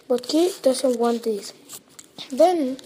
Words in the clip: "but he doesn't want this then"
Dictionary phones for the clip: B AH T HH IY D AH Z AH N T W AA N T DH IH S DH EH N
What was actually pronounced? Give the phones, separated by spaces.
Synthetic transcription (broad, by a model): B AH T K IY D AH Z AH N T W AA N T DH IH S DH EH N